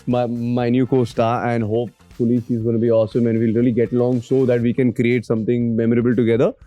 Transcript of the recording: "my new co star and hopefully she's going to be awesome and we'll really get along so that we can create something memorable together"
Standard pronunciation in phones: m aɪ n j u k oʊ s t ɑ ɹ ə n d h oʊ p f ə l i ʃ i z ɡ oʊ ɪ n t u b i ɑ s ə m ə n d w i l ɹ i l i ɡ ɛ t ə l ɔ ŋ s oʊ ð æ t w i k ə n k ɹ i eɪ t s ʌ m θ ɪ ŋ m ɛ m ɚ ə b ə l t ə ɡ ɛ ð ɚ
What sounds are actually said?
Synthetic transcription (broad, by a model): m aɪ n j u k oʊ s t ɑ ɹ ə n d h oʊ p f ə l i s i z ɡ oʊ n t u b i ɑ s ə m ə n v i l ɹ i l i ɡ ɛ t ə l ɔ ŋ s oʊ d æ t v i k ə n k ɹ i eɪ t s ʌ m t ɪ ŋ m ɛ m ɚ ə b ə l t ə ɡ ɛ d ɚ